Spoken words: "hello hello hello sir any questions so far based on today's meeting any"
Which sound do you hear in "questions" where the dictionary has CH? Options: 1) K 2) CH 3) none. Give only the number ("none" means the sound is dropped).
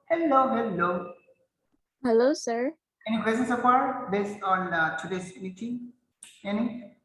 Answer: 3